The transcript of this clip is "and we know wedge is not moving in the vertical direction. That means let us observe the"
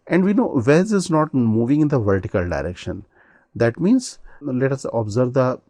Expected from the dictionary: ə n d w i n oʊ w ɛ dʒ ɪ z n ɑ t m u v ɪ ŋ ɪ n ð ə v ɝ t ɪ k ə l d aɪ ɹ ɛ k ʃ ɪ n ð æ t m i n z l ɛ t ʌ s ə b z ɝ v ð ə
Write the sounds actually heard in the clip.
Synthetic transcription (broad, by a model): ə n d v i n oʊ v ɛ z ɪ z n ɑ t m u v ɪ ŋ ɪ n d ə v ɝ t ɪ k ə l d aɪ ɹ ɛ k ʃ ɪ n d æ t m i n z l ɛ t ʌ s ə b z ɝ v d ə